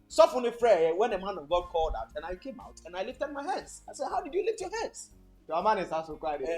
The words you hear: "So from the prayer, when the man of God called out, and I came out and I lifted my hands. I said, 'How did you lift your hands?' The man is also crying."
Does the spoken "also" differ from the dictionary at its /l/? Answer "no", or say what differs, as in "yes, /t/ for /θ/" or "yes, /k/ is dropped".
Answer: yes, /l/ is dropped